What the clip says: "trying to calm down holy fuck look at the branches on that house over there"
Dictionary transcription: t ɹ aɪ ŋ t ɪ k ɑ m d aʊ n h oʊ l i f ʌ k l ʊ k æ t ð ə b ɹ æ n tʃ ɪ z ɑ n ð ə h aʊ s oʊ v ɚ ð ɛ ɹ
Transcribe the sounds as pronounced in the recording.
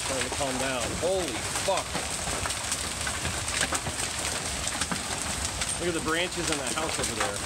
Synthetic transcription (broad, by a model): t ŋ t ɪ k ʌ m d aʊ n h oʊ l i f ʌ k w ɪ ʌ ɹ ð ə b ɹ æ n tʃ ɪ z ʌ n ð ə h aʊ s oʊ v ɚ ð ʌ ɹ